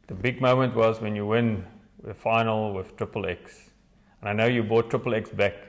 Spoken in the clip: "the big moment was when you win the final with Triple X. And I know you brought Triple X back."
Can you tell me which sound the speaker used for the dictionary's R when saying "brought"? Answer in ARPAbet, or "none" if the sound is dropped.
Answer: none